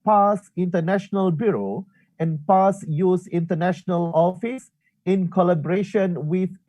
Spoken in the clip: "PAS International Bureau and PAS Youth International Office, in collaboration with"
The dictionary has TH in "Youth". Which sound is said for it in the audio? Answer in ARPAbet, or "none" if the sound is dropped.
S